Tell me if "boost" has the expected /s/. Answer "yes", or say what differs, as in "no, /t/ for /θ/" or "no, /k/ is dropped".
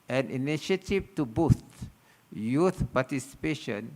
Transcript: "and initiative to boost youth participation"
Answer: no, /s/ is dropped